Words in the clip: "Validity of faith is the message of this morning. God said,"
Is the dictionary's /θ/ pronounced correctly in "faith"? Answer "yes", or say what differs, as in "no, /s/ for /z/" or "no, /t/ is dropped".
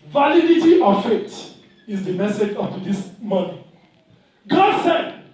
no, /t/ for /θ/